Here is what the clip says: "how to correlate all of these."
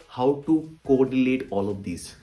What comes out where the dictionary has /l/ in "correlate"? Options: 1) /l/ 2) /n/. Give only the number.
2